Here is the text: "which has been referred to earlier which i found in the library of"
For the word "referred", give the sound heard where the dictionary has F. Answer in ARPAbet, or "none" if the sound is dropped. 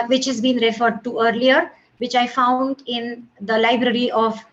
F